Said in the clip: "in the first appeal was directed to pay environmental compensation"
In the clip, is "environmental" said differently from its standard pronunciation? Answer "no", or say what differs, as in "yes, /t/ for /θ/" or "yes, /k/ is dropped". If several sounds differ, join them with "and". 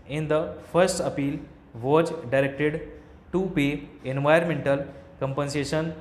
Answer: yes, /ɹ/ is dropped